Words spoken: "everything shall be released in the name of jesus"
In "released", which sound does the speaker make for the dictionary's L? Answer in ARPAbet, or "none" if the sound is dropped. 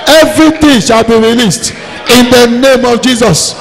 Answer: L